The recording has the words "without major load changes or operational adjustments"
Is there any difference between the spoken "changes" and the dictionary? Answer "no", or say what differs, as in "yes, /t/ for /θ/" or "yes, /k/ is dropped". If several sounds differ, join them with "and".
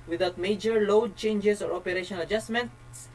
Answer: yes, /s/ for /z/